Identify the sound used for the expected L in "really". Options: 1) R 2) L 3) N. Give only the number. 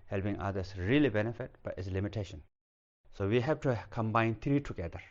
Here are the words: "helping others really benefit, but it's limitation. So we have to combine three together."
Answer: 2